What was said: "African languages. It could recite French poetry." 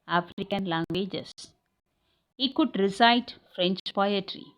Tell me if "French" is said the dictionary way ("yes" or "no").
yes